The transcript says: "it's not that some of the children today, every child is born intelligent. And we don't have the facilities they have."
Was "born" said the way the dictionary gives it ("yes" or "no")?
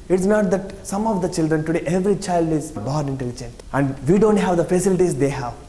no